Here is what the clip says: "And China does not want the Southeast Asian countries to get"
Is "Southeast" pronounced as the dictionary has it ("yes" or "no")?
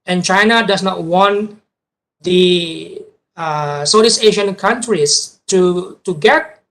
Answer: no